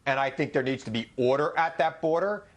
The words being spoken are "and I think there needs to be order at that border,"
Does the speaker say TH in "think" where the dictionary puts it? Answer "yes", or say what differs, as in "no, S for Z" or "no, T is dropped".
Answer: yes